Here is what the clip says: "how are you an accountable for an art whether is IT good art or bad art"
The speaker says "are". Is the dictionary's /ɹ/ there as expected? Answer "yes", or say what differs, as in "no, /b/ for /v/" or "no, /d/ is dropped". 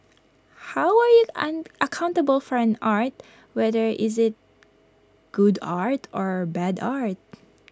yes